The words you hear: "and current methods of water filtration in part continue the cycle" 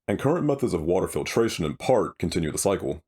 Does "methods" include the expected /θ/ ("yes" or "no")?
yes